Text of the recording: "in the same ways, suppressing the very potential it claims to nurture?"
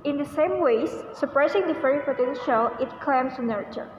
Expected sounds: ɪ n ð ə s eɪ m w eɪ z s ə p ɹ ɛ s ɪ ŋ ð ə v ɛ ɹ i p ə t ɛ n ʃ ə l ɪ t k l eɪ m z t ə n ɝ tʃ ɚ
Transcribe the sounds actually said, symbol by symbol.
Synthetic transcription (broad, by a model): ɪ n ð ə s eɪ m w eɪ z s ə p ɹ ɛ s ɪ ŋ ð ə f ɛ ɹ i p ə t ɛ n ʃ ə l ɪ t k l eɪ m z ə n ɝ tʃ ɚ